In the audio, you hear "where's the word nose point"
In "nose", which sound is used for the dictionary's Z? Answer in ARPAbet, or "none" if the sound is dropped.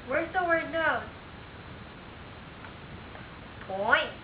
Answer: none